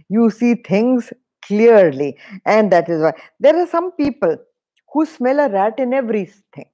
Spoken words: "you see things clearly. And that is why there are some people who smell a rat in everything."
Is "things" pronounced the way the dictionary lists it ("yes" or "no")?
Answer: no